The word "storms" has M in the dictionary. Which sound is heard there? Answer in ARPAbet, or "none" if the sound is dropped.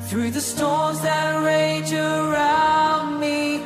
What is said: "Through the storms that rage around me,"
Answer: none